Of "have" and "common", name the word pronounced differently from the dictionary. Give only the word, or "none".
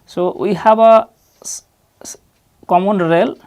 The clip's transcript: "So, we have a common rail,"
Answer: have